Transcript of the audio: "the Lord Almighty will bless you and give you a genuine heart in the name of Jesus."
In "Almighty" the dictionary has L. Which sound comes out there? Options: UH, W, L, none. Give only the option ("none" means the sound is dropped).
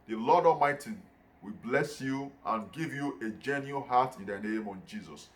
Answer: none